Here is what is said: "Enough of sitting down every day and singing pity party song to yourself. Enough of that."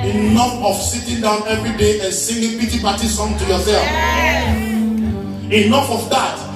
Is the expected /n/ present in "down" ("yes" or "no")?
yes